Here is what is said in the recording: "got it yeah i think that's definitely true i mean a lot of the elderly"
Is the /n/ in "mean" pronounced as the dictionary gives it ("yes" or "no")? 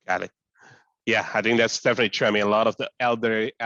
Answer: no